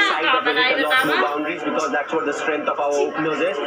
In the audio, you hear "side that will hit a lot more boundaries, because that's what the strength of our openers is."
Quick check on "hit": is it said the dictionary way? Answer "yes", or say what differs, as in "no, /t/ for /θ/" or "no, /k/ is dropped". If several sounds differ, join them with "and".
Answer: no, /t/ is dropped